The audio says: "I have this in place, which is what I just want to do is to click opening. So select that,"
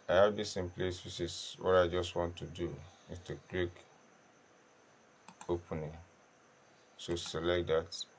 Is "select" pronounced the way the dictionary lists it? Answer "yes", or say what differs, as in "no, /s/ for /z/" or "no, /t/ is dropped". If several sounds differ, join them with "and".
yes